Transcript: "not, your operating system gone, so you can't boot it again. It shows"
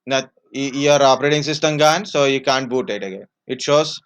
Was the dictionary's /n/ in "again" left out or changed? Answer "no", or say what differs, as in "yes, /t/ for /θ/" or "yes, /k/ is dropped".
yes, /n/ is dropped